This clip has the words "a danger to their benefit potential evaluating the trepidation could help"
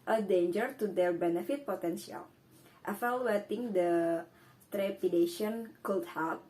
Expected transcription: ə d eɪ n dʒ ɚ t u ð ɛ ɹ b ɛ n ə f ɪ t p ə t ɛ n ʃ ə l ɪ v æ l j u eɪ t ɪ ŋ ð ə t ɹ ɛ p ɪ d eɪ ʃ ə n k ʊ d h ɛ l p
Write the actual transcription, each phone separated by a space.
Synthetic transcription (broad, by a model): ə d eɪ n dʒ ɚ t u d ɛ ɹ b ɛ n ə f ɪ t p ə t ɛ n s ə l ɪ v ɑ l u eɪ t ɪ ŋ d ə t ɹ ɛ p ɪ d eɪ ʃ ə n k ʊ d h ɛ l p